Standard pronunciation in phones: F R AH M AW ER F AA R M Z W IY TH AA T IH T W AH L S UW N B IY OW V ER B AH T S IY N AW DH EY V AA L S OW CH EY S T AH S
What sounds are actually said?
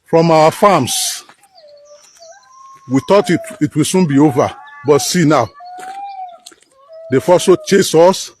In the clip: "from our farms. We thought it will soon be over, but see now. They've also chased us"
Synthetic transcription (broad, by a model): F R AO M AW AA F AA M S W IY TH AA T IH T W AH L S UW N B IY OW V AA B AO T S IY N AW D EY F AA S OW CH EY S AO S